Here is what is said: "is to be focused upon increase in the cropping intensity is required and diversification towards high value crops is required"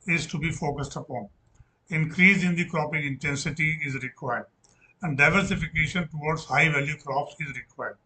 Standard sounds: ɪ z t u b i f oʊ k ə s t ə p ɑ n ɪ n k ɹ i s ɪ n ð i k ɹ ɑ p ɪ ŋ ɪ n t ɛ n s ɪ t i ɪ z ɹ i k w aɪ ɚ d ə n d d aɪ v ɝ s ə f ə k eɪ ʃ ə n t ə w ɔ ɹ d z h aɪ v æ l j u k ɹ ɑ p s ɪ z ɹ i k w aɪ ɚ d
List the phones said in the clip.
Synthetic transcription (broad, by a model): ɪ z t u b i f oʊ k ə s t ə p ɑ n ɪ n k ɹ i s ɪ n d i k ɹ ɑ p ɪ ŋ ɪ n t ɛ n s ɪ t i ɪ z ɹ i k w aɪ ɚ d ə n d d aɪ v ɝ s ə f ə k eɪ ʃ ə n t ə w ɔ ɹ d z h aɪ v æ l j u k ɹ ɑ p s ɪ z ɹ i k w aɪ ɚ d